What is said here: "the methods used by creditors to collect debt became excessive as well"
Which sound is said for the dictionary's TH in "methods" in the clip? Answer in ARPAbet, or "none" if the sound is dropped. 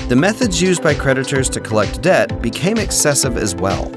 TH